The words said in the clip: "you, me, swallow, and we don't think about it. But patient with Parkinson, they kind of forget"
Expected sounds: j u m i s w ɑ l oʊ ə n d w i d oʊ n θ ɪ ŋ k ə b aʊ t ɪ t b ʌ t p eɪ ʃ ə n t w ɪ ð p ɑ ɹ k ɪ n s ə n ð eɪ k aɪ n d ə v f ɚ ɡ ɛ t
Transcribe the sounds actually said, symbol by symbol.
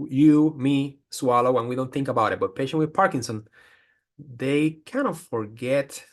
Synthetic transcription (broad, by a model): j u m i s w ɑ l oʊ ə n w i d oʊ n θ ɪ ŋ k ə b aʊ t ɪ t b ʌ t p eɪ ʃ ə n w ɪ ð p ɑ ɹ k ɪ n s ə n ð eɪ k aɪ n ə f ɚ ɡ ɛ t